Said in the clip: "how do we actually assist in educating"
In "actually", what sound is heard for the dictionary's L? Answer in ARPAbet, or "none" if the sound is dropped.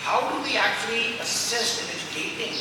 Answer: L